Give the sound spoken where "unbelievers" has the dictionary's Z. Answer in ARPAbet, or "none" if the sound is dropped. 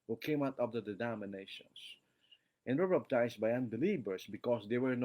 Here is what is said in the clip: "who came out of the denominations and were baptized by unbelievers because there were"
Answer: S